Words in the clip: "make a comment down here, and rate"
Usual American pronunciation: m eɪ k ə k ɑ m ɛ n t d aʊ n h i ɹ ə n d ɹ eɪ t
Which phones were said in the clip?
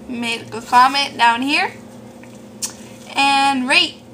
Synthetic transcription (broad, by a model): m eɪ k ə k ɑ m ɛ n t d aʊ n h i ɹ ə n ɹ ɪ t